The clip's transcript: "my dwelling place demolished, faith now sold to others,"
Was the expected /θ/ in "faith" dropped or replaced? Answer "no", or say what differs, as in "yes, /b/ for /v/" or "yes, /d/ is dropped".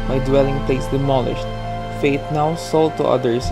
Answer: yes, /t/ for /θ/